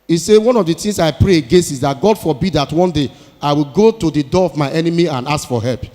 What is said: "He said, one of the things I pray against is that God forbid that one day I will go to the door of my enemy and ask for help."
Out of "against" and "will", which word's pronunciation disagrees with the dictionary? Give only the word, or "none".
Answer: against